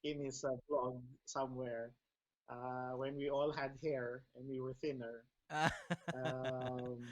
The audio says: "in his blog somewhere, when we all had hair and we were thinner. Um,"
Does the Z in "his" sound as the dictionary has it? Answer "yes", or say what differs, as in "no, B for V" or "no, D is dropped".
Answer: no, S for Z